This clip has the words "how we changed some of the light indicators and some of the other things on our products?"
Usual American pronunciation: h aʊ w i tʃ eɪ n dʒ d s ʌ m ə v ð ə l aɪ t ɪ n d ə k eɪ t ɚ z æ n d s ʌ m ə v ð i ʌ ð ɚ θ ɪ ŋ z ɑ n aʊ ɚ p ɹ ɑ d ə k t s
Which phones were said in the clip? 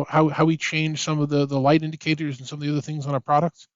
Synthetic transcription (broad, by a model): h aʊ w i tʃ eɪ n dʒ s ʌ m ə v ð ə l aɪ t ɪ n d ə k eɪ t ɚ z n s ʌ m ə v ð i ʌ ð ɚ θ ɪ ŋ z n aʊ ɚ p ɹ ɑ d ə k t s